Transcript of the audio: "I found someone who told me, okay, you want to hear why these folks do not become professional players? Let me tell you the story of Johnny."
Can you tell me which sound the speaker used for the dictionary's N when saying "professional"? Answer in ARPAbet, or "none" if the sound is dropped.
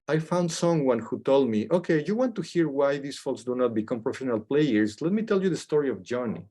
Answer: N